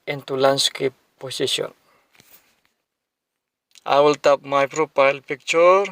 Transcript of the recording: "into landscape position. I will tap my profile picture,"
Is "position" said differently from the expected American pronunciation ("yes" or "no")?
yes